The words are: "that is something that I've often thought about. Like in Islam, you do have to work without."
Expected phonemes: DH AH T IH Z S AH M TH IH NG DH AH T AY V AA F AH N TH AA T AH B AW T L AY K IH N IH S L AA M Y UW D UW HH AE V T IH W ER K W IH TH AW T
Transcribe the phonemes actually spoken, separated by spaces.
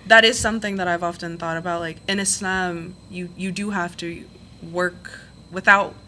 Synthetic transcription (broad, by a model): DH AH T IH Z S AH M TH IH NG DH AH T AY V AA F AH N TH AA T AH B AW T L AY K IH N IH S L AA M Y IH D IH HH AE F T IH W ER K W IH TH AW T